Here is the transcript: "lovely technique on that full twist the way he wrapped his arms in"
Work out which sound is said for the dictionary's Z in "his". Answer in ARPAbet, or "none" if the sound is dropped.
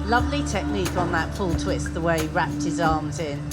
Z